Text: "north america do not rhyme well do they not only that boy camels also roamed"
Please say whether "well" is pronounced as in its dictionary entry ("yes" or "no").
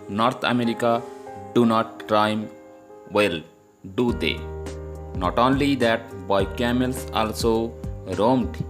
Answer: yes